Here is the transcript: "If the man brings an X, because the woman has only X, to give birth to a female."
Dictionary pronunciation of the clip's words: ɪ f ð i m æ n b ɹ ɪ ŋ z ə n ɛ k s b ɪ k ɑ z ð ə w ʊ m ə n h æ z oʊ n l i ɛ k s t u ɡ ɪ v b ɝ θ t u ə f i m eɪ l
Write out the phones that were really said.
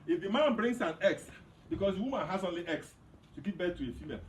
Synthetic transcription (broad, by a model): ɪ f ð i m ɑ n b ɹ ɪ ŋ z ə n ɛ k s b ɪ k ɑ s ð w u m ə n h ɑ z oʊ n l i ɛ k s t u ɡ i p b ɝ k t u ə f i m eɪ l